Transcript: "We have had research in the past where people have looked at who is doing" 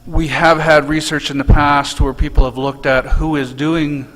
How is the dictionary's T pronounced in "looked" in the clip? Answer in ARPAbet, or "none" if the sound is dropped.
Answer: T